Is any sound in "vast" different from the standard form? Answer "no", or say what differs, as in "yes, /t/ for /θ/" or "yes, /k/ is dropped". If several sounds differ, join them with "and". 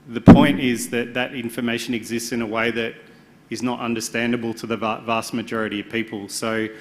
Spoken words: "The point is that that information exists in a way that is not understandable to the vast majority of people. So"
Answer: no